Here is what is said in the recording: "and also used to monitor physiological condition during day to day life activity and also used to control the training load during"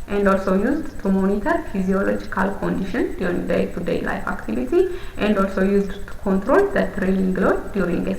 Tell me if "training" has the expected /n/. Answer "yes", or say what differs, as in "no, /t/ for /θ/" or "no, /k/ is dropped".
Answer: no, /l/ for /n/